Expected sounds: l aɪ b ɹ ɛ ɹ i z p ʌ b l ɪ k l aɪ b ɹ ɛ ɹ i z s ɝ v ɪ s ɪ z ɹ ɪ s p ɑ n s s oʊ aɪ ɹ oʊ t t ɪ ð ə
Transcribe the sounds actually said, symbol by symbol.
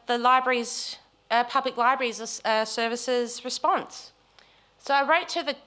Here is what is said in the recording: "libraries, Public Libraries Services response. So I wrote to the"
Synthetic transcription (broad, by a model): l aɪ b ɹ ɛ ɹ i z p ʌ b l ɪ k l aɪ b ɹ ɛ ɹ i z s ɝ v ɪ s ɪ z ɹ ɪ s p ɑ n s s oʊ aɪ ɹ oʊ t t ɪ ð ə